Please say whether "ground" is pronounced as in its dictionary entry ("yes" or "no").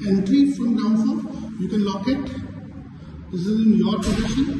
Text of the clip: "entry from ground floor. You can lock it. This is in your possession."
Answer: no